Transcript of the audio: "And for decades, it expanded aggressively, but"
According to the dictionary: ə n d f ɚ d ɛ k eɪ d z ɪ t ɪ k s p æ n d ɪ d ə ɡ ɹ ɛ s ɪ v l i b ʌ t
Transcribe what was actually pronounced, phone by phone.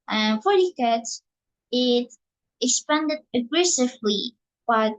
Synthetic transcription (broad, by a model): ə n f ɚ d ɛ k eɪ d ɪ t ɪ k s p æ n d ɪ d ə ɡ ɹ ɛ s ɪ v l i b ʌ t